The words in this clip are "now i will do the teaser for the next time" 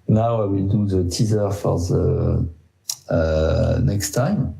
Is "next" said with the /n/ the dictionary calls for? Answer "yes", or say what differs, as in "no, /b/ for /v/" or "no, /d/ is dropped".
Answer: yes